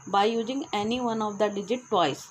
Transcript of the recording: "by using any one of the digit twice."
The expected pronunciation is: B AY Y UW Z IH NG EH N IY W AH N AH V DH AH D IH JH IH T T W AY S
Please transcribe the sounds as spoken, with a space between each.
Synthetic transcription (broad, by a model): B AY Y UW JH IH NG EH N IY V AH N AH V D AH D IH JH IH T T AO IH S